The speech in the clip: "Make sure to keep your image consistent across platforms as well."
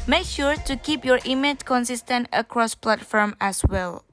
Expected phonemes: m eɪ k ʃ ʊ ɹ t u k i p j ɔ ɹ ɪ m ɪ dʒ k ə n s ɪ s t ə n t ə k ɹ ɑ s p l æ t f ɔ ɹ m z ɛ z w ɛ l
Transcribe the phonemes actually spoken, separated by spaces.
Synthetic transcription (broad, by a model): m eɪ k ʃ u ɹ t u k i p j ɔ ɹ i m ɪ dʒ k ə n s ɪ s t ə n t ə k ɹ ɑ s p l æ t f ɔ ɹ m ɛ s w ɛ l